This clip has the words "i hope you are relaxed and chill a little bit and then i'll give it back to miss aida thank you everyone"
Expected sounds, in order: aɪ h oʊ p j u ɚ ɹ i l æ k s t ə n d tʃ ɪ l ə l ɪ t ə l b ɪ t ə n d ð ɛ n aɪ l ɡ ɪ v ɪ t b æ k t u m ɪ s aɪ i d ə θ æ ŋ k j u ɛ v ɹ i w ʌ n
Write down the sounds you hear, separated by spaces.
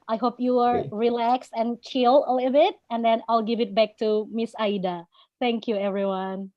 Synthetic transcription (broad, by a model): aɪ h oʊ p j u ɚ ɹ i l æ k s t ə n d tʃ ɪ l ə l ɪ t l b ɪ t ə n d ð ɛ n aɪ l ɡ ɪ v ɪ t b æ k t u m ɪ s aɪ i d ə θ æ ŋ k j u ɛ v ɹ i w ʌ n